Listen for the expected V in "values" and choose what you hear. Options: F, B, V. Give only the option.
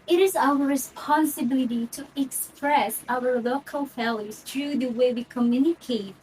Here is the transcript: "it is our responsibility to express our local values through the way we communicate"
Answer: F